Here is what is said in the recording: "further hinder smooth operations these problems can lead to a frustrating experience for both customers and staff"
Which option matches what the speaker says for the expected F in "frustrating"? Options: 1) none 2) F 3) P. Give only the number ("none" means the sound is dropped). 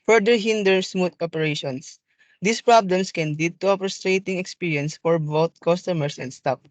3